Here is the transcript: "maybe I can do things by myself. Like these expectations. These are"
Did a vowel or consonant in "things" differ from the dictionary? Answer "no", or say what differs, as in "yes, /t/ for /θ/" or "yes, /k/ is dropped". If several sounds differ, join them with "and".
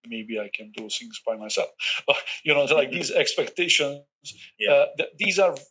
yes, /s/ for /θ/